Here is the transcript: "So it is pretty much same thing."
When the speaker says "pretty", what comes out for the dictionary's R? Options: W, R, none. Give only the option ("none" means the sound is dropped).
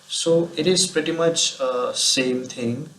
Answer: R